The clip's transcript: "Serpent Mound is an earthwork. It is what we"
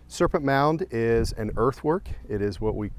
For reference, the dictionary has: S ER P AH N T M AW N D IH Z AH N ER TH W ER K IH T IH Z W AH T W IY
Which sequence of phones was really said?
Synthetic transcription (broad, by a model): S ER P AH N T M AW N D IH Z AH N ER TH W ER K IH T IH Z W AH T W IY